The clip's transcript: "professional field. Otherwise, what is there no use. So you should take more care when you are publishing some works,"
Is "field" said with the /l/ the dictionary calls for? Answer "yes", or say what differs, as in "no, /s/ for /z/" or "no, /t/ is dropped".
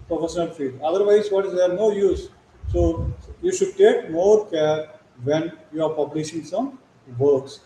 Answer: no, /l/ is dropped